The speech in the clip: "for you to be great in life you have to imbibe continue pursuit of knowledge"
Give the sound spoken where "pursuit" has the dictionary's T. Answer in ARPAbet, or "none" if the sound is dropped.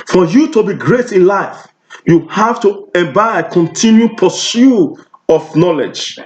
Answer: none